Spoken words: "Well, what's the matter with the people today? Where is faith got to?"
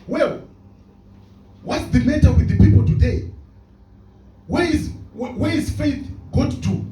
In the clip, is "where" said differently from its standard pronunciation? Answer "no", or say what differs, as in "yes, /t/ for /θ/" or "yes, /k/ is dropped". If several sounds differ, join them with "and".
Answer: yes, /w/ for /ɹ/